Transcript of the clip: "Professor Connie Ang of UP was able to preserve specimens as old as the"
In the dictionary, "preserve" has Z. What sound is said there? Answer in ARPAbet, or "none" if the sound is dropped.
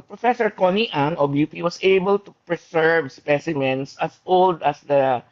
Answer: S